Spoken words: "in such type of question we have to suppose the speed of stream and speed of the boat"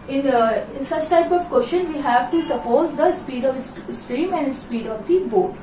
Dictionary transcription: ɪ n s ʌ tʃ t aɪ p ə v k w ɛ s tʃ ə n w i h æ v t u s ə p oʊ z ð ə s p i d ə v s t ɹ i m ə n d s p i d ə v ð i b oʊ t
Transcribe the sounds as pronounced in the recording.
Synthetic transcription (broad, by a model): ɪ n s ʌ tʃ t aɪ p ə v k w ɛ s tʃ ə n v i h æ v t u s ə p oʊ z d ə s p i d ə v s t ɹ i m ə n d s p i d ə v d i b oʊ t